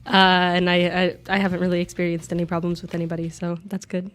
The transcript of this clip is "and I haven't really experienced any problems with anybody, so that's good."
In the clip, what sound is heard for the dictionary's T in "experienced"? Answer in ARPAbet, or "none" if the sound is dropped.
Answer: T